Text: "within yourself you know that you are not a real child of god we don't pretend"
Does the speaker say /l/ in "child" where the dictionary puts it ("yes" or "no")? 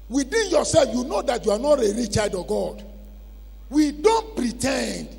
no